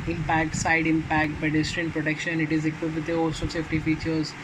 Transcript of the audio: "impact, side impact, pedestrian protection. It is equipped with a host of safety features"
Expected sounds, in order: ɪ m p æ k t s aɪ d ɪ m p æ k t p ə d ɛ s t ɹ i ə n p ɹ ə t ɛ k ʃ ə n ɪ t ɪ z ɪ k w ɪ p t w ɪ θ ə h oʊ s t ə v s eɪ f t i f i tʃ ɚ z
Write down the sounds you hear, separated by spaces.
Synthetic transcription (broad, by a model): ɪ m p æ k t s aɪ d ɪ m p æ k t b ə d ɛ s t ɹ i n p ɹ ə t ɛ k ʃ ə n ɪ t ɪ z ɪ k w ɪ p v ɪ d ə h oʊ s ə s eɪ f t i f i tʃ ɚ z